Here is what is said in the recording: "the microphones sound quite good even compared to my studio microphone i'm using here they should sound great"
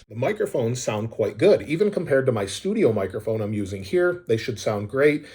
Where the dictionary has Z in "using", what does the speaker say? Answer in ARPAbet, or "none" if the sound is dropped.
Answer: Z